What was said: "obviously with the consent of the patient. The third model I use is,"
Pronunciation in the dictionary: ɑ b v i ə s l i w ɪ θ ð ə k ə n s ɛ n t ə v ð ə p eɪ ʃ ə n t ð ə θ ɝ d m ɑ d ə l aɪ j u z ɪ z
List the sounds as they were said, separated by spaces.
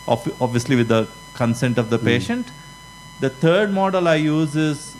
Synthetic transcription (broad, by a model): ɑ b v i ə s l i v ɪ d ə k ə n s ɛ n t ə v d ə p eɪ ʃ ə n t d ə t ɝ d m ɑ d ə l aɪ j u z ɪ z